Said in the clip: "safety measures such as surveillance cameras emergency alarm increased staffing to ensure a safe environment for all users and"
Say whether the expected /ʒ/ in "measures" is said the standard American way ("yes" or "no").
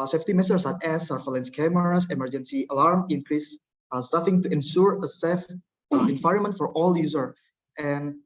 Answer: no